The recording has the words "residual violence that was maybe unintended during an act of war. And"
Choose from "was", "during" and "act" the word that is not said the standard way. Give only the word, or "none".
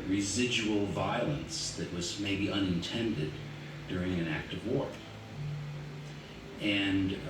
none